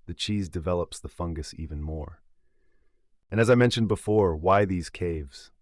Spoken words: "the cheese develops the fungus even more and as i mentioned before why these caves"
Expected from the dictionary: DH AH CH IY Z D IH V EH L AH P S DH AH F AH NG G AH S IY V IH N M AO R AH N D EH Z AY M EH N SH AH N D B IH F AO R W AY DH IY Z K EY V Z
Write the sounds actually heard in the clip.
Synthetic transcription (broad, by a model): DH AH CH IY Z D IH V EH L AH P S DH AH F AH NG G AH S IY V IH N M AO R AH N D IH Z AY M EH N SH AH N B IH F AO R W AY DH IY Z K EY V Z